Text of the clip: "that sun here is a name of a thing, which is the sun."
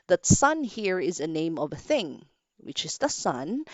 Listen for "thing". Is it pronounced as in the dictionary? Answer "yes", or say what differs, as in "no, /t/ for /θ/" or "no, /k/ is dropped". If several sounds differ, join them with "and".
yes